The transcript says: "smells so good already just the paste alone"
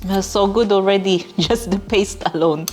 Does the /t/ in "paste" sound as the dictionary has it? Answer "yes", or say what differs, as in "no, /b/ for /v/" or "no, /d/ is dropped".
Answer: yes